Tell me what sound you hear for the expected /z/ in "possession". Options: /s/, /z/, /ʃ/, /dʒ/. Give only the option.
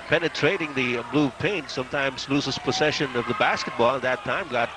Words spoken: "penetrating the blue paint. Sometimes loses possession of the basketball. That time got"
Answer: /s/